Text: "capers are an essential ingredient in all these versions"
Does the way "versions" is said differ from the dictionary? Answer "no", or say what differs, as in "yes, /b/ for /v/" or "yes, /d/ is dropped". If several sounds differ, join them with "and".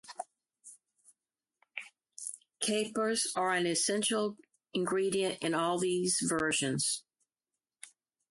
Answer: no